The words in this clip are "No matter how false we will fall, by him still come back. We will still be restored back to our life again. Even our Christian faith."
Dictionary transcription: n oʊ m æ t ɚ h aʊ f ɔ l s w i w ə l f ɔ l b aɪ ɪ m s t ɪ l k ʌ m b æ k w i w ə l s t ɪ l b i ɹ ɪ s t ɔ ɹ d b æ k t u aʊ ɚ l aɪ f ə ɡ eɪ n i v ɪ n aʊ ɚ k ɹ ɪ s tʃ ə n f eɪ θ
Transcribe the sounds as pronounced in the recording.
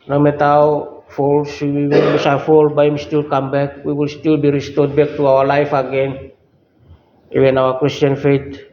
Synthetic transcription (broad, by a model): n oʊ m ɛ t aʊ f ɔ l s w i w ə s f ɔ l b aɪ ɪ m s t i l k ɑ m b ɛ k w i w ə l s t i l b i ɹ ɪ s t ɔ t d b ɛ k t u aʊ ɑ l aɪ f ə ɡ eɪ n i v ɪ n aʊ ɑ k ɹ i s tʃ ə n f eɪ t